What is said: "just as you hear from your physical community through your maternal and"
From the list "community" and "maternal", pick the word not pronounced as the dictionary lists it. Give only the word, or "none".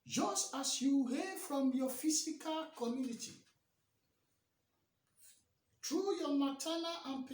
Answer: maternal